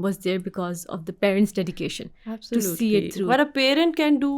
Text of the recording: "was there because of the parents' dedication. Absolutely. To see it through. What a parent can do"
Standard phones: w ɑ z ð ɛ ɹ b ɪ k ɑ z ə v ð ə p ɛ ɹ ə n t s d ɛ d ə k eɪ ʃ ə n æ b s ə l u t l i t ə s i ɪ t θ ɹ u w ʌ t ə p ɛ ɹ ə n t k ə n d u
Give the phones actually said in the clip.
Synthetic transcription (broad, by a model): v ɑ z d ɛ ɹ b ɪ k ɑ z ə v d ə p ɛ ɹ ə n t s d ɛ d ə k eɪ ʃ ə n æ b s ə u s i ɪ t t ɹ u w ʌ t ə p ɛ ɹ ə n t k ə n d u